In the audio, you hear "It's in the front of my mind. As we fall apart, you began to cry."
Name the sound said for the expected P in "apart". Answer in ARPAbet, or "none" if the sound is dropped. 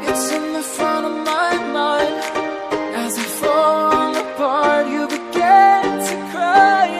B